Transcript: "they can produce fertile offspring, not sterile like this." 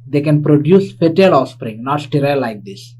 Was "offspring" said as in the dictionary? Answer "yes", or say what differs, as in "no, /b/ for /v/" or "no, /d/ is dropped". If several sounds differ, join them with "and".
no, /f/ is dropped